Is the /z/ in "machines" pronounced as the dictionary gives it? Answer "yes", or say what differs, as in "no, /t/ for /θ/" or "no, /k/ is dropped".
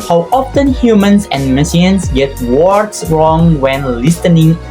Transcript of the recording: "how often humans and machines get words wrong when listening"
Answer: no, /s/ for /z/